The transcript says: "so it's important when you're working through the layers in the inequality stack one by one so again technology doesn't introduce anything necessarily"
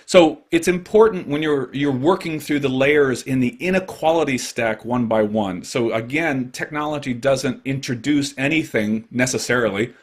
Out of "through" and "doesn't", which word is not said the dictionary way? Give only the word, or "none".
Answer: none